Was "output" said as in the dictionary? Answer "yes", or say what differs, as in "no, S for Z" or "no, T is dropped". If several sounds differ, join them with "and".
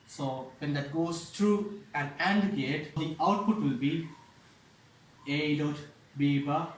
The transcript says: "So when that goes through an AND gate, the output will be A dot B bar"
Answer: yes